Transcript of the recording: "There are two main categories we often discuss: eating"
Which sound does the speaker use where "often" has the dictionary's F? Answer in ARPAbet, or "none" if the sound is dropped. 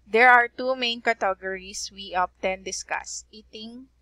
P